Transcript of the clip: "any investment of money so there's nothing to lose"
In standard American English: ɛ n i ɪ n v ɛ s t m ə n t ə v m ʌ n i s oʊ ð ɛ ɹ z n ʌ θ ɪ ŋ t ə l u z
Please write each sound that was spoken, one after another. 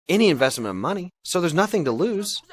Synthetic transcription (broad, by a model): ɛ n i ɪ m v ɛ s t m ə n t ə v m ʌ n i s oʊ ð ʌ ɹ z n ʌ θ ɪ ŋ t ə l u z